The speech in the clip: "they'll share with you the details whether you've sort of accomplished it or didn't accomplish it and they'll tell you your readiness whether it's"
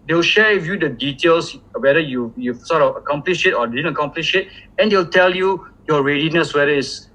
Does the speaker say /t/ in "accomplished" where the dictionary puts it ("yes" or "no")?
no